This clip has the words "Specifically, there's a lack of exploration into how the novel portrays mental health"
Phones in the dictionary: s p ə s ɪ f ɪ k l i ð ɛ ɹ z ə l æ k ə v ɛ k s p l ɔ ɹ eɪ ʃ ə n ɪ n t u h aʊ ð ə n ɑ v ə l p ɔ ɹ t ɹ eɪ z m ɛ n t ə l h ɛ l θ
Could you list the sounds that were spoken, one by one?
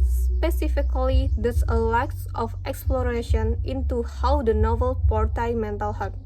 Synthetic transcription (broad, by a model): s p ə s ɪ f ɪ k l i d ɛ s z ə l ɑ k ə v ɛ k s p l ɔ ɹ eɪ ʃ ə n ɪ n t u h aʊ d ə n ɑ v ə l p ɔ ɹ t ɑ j m ɛ n t ə l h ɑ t